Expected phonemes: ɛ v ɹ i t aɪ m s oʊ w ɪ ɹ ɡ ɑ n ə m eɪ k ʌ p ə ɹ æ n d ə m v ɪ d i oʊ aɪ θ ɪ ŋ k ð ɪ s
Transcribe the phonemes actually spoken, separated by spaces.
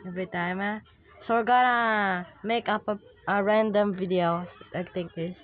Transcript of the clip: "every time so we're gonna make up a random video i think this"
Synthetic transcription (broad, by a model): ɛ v ɹ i t aɪ m s oʊ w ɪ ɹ ɡ ɑ n ə m eɪ k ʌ p ə ɹ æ n d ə m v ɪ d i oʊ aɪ t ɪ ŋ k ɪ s